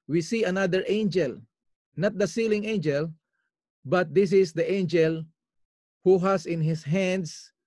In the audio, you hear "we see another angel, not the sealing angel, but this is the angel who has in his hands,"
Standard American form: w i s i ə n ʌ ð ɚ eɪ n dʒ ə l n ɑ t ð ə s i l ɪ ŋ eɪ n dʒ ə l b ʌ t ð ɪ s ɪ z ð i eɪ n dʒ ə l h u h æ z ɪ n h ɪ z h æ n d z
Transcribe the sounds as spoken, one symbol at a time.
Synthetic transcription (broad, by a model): w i s i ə n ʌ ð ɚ eɪ n dʒ ə l n ɑ t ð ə s i l ɪ ŋ eɪ n dʒ ə l b ʌ t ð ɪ s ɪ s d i eɪ n dʒ ə l h u h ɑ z ɪ n h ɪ s h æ n d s